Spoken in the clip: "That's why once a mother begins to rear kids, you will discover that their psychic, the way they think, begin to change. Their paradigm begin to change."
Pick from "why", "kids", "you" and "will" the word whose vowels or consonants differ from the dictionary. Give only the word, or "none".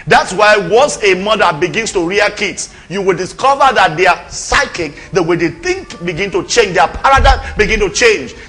kids